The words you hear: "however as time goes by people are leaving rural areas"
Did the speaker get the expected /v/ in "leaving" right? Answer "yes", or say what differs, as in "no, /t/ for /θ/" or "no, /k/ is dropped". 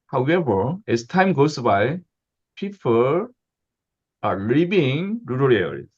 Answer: no, /b/ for /v/